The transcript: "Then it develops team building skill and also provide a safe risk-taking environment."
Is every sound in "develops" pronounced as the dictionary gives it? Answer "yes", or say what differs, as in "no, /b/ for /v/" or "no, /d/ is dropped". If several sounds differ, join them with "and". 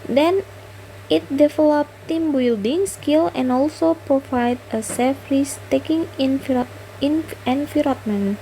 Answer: no, /s/ is dropped